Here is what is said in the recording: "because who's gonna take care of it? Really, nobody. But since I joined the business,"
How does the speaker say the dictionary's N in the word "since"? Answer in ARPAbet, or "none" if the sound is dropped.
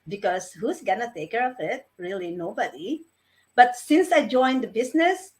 N